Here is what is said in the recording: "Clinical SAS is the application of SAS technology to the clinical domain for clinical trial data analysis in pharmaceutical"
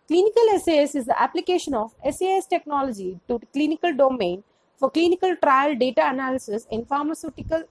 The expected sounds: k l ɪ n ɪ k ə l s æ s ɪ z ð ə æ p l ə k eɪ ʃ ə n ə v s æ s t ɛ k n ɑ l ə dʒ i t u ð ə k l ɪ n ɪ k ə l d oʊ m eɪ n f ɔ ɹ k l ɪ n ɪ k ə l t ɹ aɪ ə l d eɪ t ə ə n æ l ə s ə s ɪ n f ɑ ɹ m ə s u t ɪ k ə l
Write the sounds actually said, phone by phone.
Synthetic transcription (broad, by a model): k l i n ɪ k ə l s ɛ s ɪ z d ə æ p l ə k eɪ ʃ ə n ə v s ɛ s t ɛ k n ɑ l ə dʒ i t u k l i n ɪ k ə l d oʊ m eɪ n f ɔ ɹ k l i n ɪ k ə l t ɹ aɪ ə l d eɪ t ə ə n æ l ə s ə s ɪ n f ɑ ɹ m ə s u t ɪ k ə l